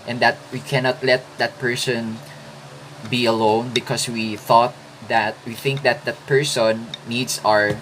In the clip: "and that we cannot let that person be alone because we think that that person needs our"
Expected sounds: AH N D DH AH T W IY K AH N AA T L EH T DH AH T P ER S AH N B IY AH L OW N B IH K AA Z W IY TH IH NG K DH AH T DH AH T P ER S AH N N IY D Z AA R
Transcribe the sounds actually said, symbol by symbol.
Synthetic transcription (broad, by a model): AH N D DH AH T W IY K AH N AA T L EH T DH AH T P ER S AH N B IY AH L OW N B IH K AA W W IY TH IH NG K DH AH T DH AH T P ER S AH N N IY D S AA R